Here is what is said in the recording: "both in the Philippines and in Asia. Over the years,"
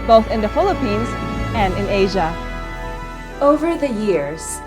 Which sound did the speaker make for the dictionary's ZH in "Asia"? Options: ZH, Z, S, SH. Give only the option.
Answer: ZH